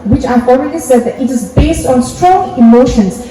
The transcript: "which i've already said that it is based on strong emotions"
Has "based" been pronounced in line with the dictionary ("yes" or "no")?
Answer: yes